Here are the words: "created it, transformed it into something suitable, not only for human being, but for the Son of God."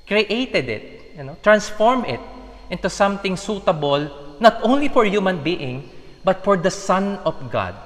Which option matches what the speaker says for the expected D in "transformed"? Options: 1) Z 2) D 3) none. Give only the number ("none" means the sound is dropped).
3